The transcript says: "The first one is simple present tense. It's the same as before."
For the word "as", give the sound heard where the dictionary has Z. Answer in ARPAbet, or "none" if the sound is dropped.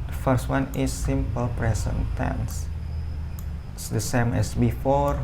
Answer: S